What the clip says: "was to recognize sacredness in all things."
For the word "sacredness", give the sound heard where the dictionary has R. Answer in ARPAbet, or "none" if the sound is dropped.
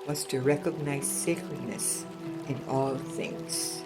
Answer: L